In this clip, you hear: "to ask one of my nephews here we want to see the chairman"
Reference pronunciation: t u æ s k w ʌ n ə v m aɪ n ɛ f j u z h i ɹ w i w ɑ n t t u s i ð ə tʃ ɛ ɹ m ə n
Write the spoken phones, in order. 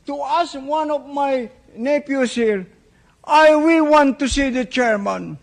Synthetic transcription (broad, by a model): t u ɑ s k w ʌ n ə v m aɪ n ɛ p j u s h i ɹ w i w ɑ n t t u s i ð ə tʃ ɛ ɹ m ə n